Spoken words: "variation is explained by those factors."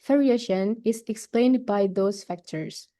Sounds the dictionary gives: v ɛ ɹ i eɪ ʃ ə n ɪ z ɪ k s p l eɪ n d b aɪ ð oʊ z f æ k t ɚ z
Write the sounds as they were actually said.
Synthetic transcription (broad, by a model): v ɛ ɹ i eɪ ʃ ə n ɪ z ɪ k s p l eɪ n d b aɪ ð oʊ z f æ k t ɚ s